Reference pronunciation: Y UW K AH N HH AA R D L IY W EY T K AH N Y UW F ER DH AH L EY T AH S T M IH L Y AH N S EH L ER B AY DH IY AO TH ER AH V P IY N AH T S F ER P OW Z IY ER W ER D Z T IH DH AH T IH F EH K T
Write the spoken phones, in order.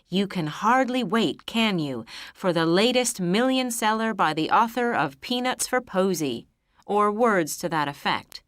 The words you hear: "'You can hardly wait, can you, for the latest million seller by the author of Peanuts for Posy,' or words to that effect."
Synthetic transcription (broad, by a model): Y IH K AH N HH AA R D L IY W EY T K AH N Y UW F ER DH AH L EY T AH S T M IH L Y AH N S EH L ER B AY DH IY AO TH ER AH V P IY N AH T S F ER P OW Z IY ER W ER D Z T IH DH AH T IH F EH K T